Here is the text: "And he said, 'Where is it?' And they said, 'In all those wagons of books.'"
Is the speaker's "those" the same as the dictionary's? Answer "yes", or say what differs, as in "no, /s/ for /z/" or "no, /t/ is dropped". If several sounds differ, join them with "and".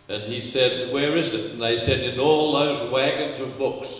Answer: yes